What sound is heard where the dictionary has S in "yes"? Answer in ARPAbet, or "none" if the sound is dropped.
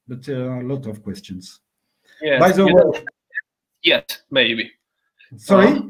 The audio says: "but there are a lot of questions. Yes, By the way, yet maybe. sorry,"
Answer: none